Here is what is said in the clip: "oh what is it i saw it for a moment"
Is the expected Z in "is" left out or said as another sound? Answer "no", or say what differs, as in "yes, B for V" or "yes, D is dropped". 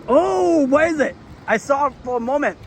no